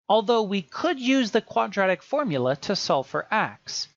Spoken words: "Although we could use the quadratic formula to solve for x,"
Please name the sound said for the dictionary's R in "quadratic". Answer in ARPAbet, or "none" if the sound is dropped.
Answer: R